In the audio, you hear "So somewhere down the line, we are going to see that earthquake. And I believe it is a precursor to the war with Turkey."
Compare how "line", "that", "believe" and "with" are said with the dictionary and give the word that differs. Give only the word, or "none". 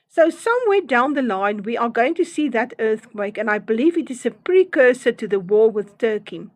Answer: none